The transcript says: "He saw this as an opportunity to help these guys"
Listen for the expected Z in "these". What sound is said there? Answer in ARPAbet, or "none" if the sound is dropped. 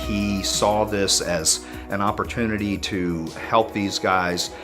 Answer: Z